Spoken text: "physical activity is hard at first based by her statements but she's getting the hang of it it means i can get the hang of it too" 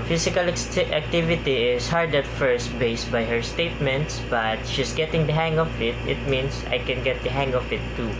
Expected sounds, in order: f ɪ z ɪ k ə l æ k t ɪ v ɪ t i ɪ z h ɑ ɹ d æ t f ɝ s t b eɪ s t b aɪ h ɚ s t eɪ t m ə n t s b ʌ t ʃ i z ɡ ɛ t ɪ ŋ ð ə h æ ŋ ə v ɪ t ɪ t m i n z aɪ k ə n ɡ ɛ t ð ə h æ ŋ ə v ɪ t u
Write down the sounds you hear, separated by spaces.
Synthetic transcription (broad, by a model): f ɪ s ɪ k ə l æ k t ɪ v ɪ t i ɪ s h ɑ ɹ d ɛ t f ɝ s t b eɪ s t b aɪ h ɚ s t eɪ t m ə n t s b ʌ t ʃ i s ɡ ɛ t ɪ ŋ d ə h æ ŋ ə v ɪ t ɪ t m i n s aɪ k ə n ɡ ɛ t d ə h æ ŋ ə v ɪ t u